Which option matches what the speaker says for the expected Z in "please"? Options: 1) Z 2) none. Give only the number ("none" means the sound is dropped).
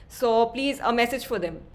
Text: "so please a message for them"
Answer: 1